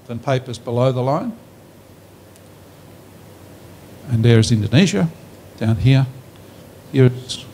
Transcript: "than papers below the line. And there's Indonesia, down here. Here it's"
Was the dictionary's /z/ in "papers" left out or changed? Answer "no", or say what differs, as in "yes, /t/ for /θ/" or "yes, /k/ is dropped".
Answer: no